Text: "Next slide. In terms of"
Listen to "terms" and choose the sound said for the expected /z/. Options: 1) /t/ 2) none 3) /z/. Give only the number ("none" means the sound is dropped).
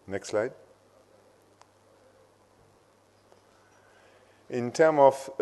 2